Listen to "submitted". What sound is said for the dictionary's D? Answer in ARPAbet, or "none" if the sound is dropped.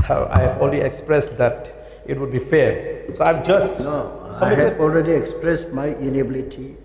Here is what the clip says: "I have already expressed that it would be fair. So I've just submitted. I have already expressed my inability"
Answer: none